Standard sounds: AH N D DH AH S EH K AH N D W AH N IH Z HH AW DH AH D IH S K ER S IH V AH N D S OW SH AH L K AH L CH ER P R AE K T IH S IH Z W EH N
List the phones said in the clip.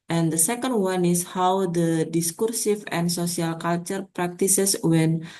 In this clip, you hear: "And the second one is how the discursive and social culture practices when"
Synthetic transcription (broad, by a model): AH N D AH S EH K AH N D W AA N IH S HH AW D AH D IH S K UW S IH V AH N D S OW S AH L K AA L CH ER P R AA K T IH S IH S W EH N